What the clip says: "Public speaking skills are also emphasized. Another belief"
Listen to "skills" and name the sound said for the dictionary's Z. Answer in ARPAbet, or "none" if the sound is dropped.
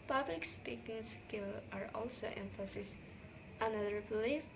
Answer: none